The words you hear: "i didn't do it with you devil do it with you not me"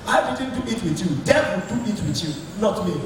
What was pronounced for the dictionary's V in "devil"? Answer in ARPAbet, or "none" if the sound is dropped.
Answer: W